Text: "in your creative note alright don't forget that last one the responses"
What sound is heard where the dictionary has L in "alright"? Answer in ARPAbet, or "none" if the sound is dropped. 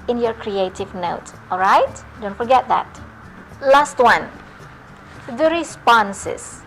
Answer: L